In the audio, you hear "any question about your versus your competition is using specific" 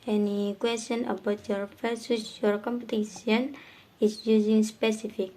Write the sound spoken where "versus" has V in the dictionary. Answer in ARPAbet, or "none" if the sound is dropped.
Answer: F